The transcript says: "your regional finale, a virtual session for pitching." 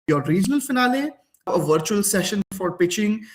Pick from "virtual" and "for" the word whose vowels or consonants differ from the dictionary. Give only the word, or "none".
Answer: none